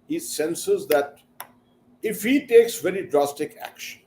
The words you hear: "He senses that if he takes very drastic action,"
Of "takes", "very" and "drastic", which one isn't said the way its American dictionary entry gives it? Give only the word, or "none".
none